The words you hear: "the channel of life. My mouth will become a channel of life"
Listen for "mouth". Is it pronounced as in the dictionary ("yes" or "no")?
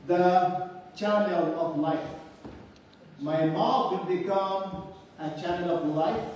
no